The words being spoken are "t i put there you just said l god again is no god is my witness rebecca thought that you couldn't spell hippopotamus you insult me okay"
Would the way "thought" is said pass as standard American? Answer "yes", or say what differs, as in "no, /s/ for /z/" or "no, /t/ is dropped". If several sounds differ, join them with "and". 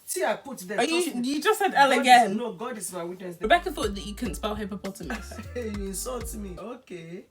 no, /f/ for /θ/